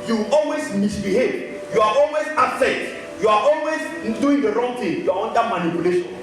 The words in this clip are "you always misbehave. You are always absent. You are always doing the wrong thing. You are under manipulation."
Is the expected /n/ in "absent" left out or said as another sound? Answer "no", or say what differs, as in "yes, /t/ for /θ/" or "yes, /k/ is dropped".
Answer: yes, /n/ is dropped